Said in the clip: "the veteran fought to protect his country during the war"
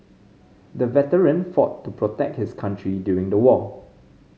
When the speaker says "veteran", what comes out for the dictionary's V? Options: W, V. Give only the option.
V